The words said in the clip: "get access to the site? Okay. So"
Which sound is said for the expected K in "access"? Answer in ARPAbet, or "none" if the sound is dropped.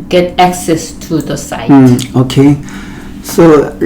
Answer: K